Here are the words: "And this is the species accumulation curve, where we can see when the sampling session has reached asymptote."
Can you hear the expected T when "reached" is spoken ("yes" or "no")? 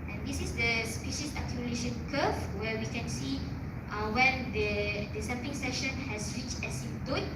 no